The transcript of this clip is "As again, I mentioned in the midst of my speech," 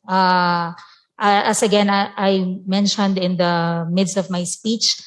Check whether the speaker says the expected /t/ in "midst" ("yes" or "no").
yes